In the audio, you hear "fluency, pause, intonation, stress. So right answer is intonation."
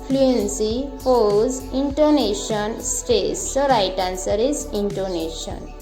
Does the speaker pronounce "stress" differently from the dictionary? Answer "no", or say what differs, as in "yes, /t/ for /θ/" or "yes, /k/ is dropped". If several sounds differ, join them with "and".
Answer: yes, /ɹ/ is dropped